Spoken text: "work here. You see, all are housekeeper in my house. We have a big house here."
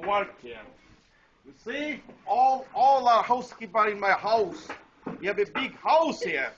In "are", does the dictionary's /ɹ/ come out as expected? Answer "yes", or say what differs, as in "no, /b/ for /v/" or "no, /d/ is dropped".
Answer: no, /l/ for /ɹ/